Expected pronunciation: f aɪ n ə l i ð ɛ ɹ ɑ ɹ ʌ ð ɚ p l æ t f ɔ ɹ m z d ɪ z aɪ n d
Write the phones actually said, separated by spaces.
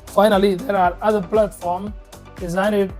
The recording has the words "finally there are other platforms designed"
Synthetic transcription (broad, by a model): f aɪ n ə l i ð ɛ ɹ ɑ ɹ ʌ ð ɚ p l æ t f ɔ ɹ m d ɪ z aɪ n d